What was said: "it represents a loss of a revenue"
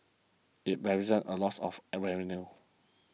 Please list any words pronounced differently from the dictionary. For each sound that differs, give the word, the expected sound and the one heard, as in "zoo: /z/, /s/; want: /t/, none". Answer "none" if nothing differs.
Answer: represents: /s/, none